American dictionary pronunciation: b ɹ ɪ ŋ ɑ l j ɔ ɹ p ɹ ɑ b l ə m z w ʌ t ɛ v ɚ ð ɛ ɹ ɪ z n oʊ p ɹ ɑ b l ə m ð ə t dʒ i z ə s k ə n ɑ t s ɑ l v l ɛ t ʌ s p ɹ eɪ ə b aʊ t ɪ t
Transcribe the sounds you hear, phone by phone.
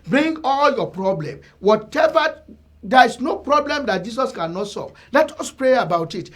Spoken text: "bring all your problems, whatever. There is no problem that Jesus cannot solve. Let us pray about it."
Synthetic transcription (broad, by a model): b ɹ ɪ ŋ ɑ l j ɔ p ɹ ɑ b l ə m w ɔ t ɛ v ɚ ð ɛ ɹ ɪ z n oʊ p ɹ ɑ b l ə m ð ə t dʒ i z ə s k ə n ɑ t s ɑ l v l ɛ t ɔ s p ɹ eɪ ə b aʊ t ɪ t